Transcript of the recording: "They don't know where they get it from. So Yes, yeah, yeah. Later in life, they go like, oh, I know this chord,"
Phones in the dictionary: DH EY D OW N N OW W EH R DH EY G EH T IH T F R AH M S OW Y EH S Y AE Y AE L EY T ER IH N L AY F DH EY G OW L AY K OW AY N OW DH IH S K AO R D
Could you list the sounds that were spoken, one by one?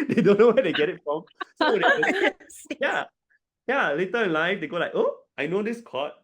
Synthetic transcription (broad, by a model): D EY D OW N N OW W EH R EY G EH T IH T F R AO M S OW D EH Y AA Y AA L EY T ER IH N L AY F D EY G OW L AY K OW AY N OW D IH S K AO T